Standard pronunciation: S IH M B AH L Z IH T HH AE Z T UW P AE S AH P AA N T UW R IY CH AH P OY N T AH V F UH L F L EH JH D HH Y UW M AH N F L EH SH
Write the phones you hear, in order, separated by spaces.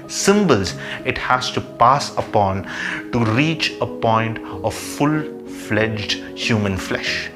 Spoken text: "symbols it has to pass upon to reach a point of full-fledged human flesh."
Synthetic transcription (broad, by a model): S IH M B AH L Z IH T HH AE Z T UW P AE S AH P AA N T UW R IY CH AH P OY N T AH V F UH L F L EH JH D HH Y UW M AH N F L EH SH